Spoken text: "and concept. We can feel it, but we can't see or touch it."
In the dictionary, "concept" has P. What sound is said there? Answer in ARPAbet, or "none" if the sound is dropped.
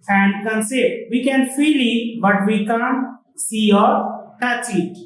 none